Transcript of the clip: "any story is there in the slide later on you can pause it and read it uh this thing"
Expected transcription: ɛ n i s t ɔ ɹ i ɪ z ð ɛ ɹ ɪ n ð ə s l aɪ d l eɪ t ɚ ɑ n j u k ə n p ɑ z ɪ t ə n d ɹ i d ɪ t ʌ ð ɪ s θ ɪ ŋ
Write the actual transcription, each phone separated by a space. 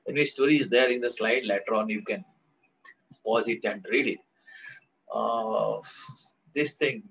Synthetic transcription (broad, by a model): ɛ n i s t ɔ ɹ i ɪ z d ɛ ɹ ɪ n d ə s l aɪ d l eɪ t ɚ ɑ n j u k ə n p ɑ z ɪ t ə n d ɹ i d ɪ t ʌ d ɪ s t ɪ ŋ